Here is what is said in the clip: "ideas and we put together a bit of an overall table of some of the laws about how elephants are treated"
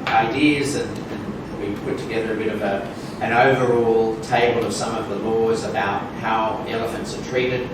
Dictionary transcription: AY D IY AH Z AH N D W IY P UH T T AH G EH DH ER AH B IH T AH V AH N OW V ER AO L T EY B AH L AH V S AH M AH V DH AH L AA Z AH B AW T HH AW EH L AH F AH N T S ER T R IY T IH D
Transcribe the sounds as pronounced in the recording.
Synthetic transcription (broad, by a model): AY D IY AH Z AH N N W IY P UH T T AH G EH DH ER AH B IH T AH V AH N OW V ER AO L T EY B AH L AH V S AH M AH V DH AH L AA Z AH B AW T HH AW EH L AH F AH N T S ER T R IY T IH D